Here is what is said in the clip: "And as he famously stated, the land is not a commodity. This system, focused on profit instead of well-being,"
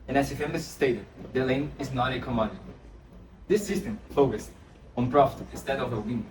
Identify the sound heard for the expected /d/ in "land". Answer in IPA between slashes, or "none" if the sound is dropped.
none